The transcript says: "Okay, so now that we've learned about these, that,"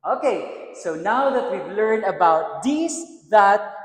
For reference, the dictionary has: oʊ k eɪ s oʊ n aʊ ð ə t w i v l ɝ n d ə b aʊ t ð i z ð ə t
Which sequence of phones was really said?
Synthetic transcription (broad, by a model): oʊ k eɪ s oʊ n aʊ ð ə t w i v l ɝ n ə b aʊ t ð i s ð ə t